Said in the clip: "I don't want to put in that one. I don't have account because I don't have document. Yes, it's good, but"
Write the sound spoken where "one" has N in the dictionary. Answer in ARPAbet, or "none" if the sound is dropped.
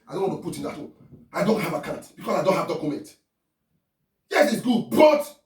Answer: none